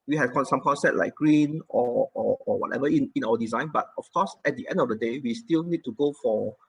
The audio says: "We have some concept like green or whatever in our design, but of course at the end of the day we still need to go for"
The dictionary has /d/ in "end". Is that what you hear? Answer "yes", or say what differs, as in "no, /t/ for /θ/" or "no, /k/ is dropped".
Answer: yes